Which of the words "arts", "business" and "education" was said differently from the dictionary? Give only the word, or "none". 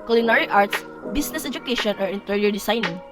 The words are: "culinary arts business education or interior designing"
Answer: business